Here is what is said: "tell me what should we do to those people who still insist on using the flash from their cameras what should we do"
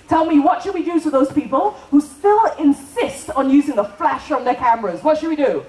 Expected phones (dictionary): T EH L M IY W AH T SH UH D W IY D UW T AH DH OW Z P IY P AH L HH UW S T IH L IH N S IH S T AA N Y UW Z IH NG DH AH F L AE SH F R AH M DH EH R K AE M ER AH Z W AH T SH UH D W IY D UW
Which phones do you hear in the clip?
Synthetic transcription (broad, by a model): T EH L M IY W AH T SH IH D W IY D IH T AH DH OW Z P IY P AH L HH UW S T IH L IH N S IH S T N Y UW Z IH NG DH AH F L AE SH F R AH M DH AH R K AE M ER AH Z W AH T SH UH D W IY D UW